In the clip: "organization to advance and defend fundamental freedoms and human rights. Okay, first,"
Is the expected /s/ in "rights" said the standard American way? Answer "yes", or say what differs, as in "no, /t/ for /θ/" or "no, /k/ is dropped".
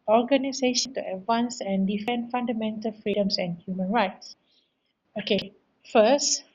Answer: yes